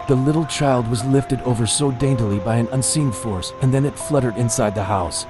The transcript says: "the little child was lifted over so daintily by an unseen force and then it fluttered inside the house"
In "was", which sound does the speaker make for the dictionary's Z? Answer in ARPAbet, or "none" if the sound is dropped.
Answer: Z